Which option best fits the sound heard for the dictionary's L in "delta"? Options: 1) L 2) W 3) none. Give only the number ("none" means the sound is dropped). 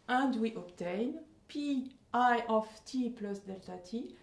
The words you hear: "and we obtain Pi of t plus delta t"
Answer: 1